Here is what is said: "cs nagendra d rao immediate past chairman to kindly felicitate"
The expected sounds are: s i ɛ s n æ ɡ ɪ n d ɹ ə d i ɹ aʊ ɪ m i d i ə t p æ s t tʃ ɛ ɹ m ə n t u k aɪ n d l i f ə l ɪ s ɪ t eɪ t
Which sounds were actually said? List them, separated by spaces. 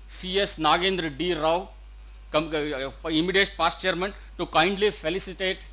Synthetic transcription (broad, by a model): s i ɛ s n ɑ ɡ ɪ n d ɹ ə d i ɹ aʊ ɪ m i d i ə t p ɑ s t tʃ ɛ ɹ m ə n t u k aɪ n d l i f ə l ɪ s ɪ t eɪ t